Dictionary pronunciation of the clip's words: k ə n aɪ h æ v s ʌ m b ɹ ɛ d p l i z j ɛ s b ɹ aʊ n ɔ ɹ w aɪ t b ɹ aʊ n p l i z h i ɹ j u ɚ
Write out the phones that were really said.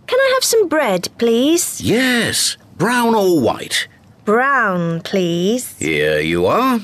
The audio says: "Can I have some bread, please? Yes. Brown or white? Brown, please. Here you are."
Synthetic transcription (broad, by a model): k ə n aɪ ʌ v s ʌ m b ɹ ɛ d p l i z j ɛ s b ɹ aʊ n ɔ l w aɪ t b ɹ aʊ n p l i z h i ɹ j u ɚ